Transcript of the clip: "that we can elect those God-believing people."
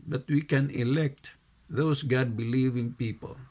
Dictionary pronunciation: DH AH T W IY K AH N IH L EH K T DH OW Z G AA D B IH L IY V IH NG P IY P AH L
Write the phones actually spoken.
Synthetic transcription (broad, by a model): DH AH T W IY K AH N IH L EH K T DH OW S G AA D B IH L IY V IH NG P IY P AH L